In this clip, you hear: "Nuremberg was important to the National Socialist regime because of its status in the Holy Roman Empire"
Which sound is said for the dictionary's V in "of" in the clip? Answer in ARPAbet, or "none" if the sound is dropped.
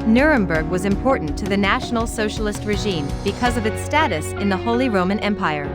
V